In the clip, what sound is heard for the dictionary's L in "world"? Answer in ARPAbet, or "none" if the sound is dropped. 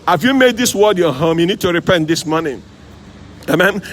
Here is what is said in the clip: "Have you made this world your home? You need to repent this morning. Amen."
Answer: none